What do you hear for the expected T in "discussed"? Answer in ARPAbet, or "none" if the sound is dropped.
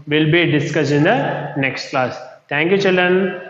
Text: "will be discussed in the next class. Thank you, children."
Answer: none